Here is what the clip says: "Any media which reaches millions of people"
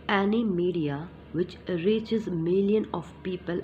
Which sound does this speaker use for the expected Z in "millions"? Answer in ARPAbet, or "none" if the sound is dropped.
none